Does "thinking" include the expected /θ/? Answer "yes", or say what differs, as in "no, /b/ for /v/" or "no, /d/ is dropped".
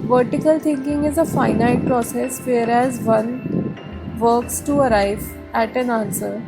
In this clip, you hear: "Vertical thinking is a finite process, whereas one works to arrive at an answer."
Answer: no, /t/ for /θ/